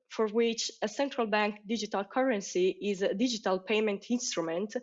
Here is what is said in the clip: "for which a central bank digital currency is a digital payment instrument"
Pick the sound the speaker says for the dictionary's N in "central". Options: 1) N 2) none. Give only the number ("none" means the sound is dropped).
1